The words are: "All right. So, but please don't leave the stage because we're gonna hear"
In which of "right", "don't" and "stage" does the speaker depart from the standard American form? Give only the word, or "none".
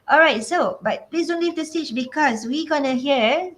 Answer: stage